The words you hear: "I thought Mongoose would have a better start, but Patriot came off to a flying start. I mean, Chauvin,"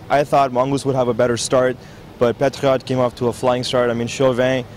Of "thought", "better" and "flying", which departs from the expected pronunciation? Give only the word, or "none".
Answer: none